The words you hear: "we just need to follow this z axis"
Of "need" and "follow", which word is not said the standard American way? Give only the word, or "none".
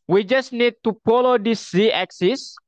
follow